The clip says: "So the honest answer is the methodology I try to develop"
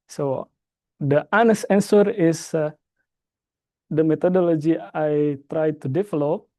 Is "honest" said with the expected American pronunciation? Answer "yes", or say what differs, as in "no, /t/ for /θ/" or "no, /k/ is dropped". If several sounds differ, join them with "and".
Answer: no, /t/ is dropped